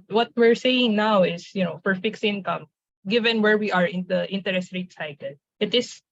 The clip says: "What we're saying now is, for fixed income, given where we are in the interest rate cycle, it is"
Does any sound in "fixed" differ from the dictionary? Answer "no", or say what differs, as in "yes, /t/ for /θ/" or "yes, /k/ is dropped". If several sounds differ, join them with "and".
yes, /t/ is dropped